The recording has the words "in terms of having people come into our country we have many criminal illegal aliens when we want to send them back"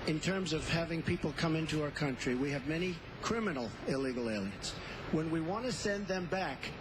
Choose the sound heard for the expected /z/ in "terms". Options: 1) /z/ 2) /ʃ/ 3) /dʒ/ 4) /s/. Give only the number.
1